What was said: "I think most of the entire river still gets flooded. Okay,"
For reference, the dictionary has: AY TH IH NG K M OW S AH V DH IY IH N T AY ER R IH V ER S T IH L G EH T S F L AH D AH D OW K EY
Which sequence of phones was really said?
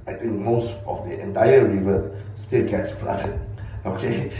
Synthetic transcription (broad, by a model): AY T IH NG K M OW S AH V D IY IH N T AY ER R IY V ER S T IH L G EH T S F L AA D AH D OW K EY